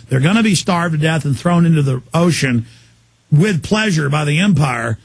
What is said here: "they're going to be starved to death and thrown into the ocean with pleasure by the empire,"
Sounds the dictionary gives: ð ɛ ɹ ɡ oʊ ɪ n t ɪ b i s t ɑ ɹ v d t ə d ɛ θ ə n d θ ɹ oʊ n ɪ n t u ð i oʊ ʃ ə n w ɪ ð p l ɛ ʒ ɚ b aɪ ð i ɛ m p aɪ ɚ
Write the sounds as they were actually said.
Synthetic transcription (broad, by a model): ð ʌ ɹ ɡ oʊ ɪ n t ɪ b i s t ɑ ɹ v d d ɛ θ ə n θ ɹ oʊ n ɪ n t u ð i oʊ ʃ ə n w ɪ ð p l ɛ ʒ ɚ b aɪ ð i ɛ m p aɪ ɚ